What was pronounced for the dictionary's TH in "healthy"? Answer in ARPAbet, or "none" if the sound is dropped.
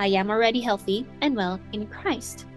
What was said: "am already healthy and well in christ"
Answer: TH